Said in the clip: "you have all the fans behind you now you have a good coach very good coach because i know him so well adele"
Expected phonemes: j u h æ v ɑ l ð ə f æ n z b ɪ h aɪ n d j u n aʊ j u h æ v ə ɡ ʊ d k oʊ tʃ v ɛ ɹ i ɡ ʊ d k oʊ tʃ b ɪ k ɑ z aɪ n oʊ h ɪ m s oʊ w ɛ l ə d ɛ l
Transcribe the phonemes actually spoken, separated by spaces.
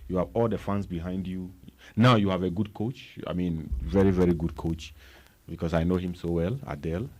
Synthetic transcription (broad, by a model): j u h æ v ɑ l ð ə f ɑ n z b ɪ h aɪ n d j u n aʊ j u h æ v ə ɡ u d k oʊ tʃ v ɛ ɹ i ɡ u d k oʊ tʃ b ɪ k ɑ s aɪ n oʊ h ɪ m s oʊ w ɛ l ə d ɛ l